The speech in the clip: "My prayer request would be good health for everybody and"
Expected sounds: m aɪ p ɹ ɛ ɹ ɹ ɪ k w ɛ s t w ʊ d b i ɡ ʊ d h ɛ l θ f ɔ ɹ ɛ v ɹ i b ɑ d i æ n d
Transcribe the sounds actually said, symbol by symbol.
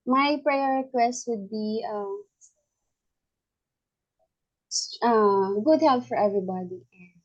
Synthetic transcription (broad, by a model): m aɪ p ɹ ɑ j ɹ ɪ k w ɛ s t w ʊ d b i ɡ ʊ d h ɛ l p f ɔ ɹ ɛ v ɹ i b ɑ d i